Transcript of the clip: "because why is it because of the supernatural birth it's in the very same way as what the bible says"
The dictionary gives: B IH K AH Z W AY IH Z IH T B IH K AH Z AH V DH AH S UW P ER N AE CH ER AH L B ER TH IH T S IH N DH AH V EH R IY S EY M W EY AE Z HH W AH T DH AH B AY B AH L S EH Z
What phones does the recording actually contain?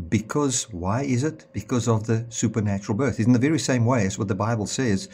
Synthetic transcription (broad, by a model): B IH K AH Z W AY IH Z IH T B IH K AH Z AH V DH AH S UW P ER N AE CH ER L B ER TH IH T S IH N DH AH V EH R IY S EY M W EY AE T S W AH T DH AH B AY B L S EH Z